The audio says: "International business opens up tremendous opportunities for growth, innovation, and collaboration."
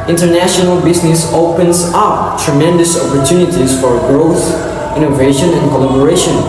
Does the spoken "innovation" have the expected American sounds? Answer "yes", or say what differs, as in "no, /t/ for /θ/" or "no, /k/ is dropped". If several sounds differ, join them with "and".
yes